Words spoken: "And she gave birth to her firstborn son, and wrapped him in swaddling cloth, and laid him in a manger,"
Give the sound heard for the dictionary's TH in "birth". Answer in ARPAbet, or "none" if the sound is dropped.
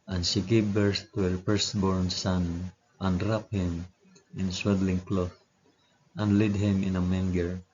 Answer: S